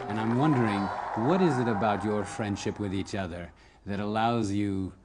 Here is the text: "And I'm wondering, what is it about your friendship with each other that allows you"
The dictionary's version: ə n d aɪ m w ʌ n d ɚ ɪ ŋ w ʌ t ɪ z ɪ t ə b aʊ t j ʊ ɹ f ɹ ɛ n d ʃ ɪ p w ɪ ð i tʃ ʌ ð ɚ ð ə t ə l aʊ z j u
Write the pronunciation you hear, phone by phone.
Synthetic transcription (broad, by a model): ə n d aɪ m w ʌ n d ɚ ɪ ŋ w ʌ t ɪ z ɪ t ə b aʊ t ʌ ɹ f ɹ ɛ n d ʃ ɪ p w ɪ ð i tʃ ʌ ð ɚ ð ə t ə l aʊ z j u